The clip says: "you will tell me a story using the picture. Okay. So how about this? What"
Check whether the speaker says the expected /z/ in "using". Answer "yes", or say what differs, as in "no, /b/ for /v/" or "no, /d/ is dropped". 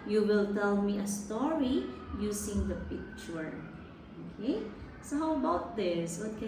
no, /s/ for /z/